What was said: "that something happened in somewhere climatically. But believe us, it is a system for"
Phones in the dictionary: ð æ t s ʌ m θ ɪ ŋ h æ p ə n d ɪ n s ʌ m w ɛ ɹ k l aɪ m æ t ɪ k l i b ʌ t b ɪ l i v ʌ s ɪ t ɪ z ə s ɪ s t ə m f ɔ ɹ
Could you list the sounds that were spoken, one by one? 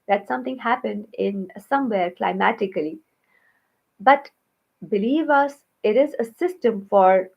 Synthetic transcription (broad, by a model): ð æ t s ʌ m t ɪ ŋ h æ p ə n d ɪ n s ʌ m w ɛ ɹ k l aɪ m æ t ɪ k l i b ʌ t b ɪ l i v ʌ s ɪ t ɪ z ə s ɪ s t ə m f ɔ ɹ